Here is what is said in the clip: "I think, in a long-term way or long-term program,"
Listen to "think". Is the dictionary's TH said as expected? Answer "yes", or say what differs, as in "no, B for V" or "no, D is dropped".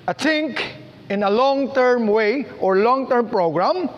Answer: no, T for TH